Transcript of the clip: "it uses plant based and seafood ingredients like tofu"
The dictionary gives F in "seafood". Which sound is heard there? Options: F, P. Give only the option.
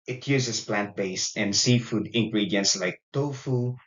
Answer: F